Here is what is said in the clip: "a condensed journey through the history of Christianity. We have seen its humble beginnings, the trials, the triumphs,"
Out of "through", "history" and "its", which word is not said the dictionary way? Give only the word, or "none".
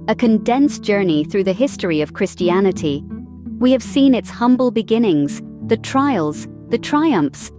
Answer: none